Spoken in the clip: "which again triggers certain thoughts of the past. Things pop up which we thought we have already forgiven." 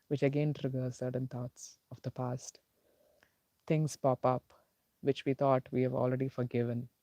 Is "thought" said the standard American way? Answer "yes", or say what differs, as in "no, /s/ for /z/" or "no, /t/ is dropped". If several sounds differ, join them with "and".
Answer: no, /t/ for /θ/